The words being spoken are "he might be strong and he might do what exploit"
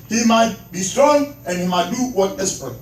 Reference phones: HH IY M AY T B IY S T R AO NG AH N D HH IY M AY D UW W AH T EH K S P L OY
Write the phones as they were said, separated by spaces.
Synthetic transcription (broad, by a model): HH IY M AY T B IY S T R AO NG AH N HH IY M AY D UW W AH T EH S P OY